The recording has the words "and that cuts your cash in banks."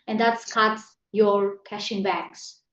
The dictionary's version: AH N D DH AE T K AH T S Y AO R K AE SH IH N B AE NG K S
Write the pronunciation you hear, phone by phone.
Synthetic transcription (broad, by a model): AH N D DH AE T K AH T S Y AO R K AE SH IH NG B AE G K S